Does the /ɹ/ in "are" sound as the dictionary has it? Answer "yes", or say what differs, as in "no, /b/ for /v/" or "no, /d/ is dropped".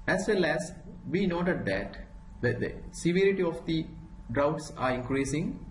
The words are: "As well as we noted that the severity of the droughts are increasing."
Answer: yes